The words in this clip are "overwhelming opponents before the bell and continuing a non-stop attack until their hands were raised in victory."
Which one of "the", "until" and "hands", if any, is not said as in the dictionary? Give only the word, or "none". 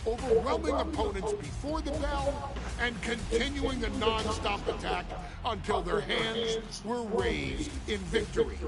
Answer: none